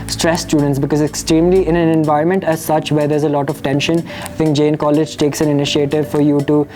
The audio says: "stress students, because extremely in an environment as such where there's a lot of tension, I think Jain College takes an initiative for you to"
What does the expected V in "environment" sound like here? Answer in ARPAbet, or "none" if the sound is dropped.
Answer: V